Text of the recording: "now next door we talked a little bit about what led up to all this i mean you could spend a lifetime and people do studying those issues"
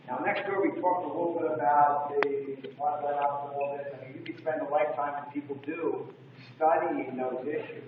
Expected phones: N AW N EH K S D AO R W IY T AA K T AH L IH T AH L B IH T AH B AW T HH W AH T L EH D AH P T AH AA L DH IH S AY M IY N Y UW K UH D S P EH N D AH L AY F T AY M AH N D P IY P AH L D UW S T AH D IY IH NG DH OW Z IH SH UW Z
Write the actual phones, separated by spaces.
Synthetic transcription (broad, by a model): N AW N EH K S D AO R W IY T AA K T AH L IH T L B IH T AH B AW T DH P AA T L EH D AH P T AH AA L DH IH AY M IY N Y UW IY S P EH N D AH L AY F T AY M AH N P IY P L D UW S T AH D IY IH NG DH OW Z IH SH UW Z